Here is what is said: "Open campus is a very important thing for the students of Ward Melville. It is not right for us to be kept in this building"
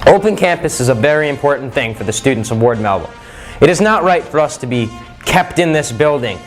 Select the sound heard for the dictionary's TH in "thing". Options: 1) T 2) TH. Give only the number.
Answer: 2